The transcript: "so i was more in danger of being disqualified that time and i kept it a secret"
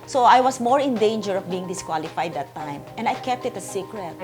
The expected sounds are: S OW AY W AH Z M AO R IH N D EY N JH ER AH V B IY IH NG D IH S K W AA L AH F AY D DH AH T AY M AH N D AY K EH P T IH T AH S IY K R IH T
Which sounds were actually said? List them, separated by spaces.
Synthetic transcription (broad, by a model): S OW AY W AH S M AO R IH N D EY N JH ER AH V B IY IH NG D IH S K W AA L AH F AY D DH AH T AY M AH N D AY K EH P T IH T AH S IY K R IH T